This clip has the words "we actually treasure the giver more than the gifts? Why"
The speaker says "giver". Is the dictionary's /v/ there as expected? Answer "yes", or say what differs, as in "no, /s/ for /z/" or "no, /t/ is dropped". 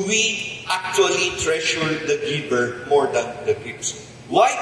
no, /b/ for /v/